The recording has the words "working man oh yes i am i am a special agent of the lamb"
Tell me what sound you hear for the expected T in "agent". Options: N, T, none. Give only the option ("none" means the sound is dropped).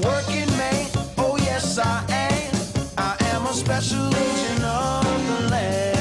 none